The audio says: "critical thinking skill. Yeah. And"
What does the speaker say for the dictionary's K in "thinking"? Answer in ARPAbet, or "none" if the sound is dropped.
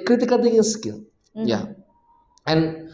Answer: none